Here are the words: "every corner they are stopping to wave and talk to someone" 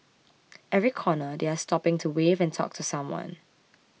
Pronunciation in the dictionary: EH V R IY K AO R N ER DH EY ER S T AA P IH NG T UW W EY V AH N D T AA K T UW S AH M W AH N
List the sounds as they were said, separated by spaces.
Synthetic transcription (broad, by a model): EH V R IY K AO N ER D EY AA S T AA P IH NG T UW W EY V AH N T AA K T UW S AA M W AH N